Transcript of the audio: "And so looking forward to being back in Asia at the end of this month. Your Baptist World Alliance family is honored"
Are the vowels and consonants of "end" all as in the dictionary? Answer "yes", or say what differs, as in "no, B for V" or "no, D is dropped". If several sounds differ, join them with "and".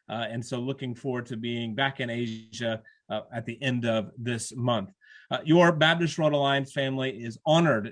yes